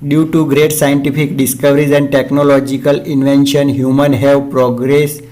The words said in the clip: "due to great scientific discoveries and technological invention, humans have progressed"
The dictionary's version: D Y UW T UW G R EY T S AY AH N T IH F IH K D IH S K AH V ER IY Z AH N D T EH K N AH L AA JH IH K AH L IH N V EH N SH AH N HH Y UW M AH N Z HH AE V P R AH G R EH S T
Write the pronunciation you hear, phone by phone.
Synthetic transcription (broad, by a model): D Y UW T UW G R EY T S AY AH N T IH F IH K D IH S K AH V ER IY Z AH N D T EH K N AH L AA JH IH K AH L IH N V EH N SH AH N HH Y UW M AH N HH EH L P R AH G R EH S